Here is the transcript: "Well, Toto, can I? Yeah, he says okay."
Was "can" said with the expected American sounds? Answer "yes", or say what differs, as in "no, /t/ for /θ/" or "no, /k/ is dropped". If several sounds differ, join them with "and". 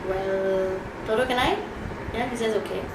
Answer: no, /l/ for /n/